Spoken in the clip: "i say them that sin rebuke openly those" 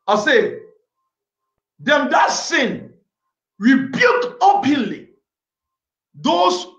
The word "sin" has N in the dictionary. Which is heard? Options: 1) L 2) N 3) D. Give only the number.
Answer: 2